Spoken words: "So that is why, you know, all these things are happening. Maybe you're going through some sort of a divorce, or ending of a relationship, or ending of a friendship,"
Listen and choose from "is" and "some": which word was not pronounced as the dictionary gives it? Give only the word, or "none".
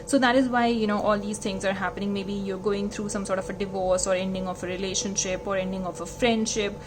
none